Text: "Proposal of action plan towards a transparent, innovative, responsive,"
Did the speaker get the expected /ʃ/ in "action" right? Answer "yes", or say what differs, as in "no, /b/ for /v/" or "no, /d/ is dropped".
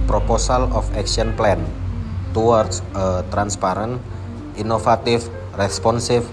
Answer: no, /s/ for /ʃ/